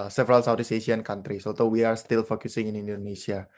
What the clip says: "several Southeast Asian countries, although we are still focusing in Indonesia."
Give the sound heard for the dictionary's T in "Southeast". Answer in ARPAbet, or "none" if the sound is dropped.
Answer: none